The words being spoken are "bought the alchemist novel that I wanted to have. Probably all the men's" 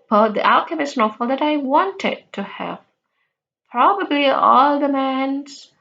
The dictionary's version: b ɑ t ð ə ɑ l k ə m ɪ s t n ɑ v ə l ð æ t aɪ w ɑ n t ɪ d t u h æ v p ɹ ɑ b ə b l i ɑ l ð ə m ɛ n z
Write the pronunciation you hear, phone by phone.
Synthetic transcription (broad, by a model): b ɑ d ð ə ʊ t k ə m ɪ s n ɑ f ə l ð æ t aɪ w ɑ n t ɪ d t u h æ v p ɹ ɑ b ə b l i ɑ l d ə m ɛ n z